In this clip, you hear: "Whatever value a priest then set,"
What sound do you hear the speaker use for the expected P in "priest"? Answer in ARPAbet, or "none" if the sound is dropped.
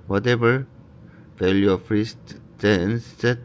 F